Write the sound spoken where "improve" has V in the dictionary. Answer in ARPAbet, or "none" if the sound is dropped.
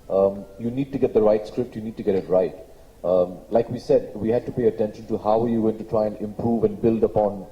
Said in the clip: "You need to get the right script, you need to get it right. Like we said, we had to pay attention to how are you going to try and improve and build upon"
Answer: V